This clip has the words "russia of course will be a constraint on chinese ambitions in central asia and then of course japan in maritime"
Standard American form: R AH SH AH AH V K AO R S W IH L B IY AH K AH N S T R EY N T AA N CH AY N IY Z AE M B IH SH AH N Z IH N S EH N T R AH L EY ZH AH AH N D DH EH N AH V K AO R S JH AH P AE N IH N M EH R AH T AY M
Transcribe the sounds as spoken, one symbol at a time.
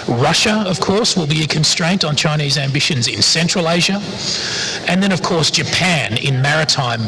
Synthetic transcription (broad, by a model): R AH SH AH AH V K AO R S W IH L B IY AH K AH N S T R EY N T N CH AY N IY Z AE M B IH SH AH N Z IH N S EH N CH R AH L EY ZH AH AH N DH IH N AH V K AO R S JH AH P AE N IH N M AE R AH T AY M